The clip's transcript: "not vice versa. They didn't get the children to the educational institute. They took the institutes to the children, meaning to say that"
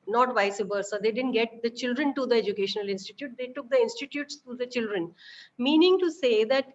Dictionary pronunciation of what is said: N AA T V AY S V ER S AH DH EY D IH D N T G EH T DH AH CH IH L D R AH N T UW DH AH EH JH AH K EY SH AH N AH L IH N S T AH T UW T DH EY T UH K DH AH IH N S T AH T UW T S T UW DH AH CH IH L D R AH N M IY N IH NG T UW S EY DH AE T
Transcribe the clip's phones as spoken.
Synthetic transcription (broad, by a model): N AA T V AY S B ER S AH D EY D IH D N T G EH T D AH CH IH L D R AH N T UW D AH EH JH AH K EY SH AH N AH L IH N S T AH T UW T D EY T UH K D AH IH N S T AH T UW T S T UW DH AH CH IH L D R AH N M IY N IH NG T UW S EY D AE T